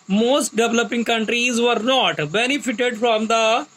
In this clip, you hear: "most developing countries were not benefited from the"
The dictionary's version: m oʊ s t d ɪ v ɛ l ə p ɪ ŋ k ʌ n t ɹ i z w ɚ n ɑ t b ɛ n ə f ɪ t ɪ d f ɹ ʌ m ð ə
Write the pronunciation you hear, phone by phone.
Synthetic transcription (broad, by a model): m oʊ s t d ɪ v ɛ l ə p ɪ ŋ k ʌ n t ɹ i z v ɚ n ɑ t b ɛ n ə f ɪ t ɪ d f ɹ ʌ m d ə